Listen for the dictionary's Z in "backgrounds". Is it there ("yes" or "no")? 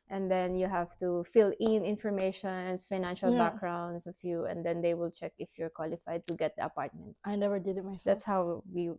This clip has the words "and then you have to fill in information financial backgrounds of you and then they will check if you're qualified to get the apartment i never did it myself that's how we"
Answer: no